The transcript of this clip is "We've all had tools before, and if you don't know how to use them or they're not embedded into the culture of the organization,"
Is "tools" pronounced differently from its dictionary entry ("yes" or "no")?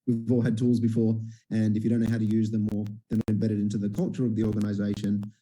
no